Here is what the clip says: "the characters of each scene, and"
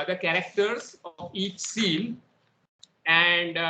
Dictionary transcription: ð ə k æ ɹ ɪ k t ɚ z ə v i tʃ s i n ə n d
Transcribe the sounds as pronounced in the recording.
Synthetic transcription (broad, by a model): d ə k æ ɹ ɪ k t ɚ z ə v i tʃ s i l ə n d